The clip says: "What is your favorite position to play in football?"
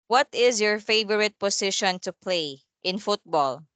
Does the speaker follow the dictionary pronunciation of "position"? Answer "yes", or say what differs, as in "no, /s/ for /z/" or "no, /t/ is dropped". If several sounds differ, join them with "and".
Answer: no, /s/ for /z/